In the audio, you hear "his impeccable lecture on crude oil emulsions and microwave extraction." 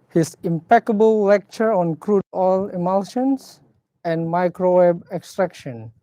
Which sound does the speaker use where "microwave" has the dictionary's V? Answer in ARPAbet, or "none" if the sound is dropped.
B